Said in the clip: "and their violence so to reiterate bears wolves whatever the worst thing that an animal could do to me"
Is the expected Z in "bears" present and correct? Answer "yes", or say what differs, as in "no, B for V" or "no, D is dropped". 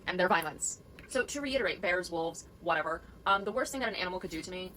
yes